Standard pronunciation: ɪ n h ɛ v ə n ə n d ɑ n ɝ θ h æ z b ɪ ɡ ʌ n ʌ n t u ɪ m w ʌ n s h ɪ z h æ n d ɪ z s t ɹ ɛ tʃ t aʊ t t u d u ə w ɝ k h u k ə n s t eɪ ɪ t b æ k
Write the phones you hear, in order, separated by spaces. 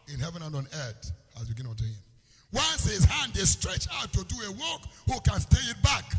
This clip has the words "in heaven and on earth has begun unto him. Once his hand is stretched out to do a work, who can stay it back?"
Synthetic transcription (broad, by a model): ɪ n h ɛ v ə n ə n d ɑ n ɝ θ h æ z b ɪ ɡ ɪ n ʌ t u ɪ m w ʌ n s h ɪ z h æ n d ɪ s t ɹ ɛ tʃ aʊ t t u d u ə w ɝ k h u k ə n s t eɪ ɪ t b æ k